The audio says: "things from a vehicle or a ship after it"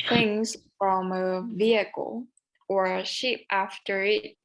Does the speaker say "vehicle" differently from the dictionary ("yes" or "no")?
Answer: no